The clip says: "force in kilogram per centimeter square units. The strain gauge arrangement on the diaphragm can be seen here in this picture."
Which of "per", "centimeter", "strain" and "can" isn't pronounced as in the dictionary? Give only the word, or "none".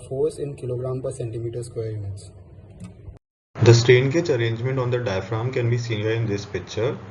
none